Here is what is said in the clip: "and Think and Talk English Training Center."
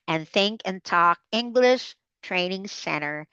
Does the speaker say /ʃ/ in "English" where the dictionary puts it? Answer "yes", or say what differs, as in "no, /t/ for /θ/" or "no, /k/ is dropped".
yes